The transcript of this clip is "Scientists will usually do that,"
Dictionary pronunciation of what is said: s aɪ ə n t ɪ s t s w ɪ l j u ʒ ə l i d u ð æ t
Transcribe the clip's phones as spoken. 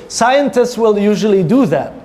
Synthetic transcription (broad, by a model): s aɪ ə n t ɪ s t s w ɪ l j u ʒ ə l i d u ð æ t